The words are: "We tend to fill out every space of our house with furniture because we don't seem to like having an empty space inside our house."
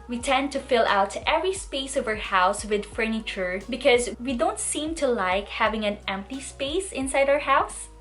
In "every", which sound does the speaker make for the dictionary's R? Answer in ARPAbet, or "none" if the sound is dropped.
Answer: R